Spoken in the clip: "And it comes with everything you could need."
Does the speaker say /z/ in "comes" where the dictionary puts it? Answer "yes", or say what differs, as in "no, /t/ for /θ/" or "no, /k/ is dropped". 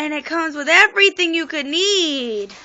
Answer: yes